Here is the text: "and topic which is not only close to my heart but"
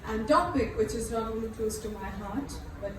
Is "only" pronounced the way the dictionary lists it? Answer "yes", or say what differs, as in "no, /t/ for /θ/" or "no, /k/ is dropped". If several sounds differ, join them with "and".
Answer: no, /n/ is dropped